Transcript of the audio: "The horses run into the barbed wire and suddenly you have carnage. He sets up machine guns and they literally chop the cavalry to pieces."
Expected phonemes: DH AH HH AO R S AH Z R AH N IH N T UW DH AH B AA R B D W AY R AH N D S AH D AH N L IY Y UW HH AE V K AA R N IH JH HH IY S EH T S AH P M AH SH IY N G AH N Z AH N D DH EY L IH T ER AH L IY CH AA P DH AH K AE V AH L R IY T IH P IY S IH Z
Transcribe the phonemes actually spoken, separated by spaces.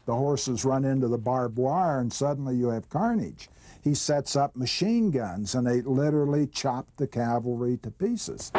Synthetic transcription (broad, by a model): DH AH HH AO R S AH Z R AH N IH N T UW DH AH B AA R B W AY R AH N S AH D N L IY Y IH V K AA R N IH JH HH IY S EH T S AH P M AH SH IY N G AH N Z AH N DH EY L IH T ER L IY CH AA P DH AH K AE V L R IY T IH P IY S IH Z